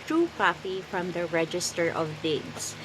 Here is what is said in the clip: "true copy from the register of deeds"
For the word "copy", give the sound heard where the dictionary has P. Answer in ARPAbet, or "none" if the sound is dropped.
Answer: F